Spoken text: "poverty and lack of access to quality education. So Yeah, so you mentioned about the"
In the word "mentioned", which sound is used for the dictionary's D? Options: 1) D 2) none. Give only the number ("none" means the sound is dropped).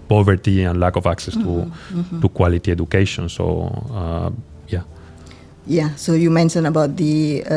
2